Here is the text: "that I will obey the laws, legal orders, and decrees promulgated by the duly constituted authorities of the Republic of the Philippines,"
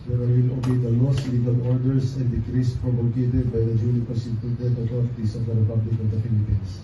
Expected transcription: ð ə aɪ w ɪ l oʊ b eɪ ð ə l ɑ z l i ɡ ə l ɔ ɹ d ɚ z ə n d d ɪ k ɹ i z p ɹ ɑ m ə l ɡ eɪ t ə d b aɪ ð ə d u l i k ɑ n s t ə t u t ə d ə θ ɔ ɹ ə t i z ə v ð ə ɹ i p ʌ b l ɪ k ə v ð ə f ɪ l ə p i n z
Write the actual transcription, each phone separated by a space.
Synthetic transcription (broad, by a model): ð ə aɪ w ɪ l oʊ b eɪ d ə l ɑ s l i ɡ ə l ɔ ɹ d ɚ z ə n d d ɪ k ɹ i s p ɹ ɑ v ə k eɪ t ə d b aɪ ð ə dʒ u n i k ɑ s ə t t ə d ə t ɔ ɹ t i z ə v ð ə ɹ i p ʌ b l ɪ k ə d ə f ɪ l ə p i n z